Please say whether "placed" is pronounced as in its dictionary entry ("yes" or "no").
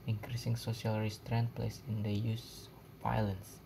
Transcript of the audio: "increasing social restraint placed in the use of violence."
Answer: no